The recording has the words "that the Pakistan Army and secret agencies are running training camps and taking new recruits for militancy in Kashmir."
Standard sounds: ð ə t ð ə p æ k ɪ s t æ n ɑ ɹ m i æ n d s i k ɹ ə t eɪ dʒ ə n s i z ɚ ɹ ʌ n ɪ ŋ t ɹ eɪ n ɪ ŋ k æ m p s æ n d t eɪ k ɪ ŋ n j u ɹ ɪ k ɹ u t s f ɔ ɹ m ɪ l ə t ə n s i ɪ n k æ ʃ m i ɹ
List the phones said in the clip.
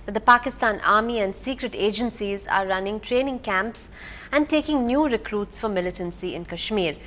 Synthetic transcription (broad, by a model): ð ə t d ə p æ k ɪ s t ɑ n ɑ ɹ m i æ n d s i k ɹ ə t eɪ dʒ ə n s i z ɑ ɹ ʌ n ɪ ŋ t ɹ eɪ n ɪ ŋ k æ m p s æ n d t eɪ k ɪ ŋ n j u ɹ ɪ k ɹ u t s f ɔ ɹ m ɪ l ə t ə n s i ɪ n k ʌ ʃ m i ɹ